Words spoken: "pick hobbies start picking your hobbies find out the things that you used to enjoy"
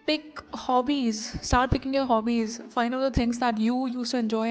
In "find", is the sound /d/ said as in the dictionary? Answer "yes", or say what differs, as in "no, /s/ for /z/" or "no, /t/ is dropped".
no, /d/ is dropped